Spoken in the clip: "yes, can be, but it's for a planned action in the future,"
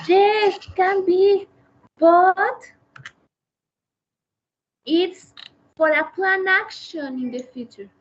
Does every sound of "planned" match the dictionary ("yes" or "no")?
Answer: no